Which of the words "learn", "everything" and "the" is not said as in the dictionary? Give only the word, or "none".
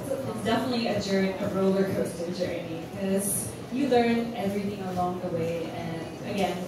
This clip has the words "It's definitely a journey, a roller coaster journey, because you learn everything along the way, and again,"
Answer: none